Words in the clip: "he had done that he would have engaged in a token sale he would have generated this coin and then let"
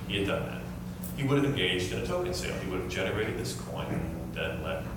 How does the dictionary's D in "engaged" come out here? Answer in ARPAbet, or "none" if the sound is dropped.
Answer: D